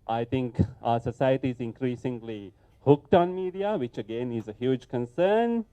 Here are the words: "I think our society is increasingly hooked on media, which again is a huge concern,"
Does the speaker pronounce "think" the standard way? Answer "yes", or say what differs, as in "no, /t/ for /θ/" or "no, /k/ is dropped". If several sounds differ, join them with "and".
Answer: no, /t/ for /θ/